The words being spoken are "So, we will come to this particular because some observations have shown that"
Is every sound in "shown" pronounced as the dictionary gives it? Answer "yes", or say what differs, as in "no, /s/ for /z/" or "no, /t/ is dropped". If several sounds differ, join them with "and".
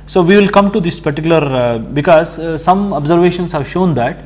yes